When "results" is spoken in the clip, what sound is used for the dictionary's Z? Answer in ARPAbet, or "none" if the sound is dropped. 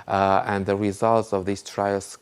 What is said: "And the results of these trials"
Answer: Z